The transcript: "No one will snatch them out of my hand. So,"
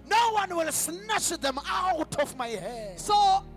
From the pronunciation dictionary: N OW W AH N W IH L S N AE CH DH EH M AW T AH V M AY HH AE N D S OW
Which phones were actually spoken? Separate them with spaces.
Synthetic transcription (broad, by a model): N OW W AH N W IH L S N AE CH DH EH M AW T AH F M AY HH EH D S OW